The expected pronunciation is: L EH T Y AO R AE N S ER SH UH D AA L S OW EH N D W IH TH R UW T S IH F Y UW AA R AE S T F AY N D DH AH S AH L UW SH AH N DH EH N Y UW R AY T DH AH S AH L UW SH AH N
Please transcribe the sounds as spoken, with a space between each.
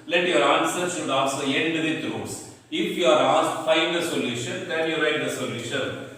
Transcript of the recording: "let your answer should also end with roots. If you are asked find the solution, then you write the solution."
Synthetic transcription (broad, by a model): L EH T Y AO R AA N S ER S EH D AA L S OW EH N D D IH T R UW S IH F Y UW AA R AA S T F AY N D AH S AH L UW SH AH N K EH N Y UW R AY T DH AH S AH L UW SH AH N